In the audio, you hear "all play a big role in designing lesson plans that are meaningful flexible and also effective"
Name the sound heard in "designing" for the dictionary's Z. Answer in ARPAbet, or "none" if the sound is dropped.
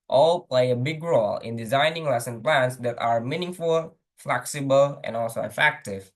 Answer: Z